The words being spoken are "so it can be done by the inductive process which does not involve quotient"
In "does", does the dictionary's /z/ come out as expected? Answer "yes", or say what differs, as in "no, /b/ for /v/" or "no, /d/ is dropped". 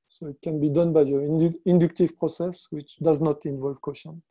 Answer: yes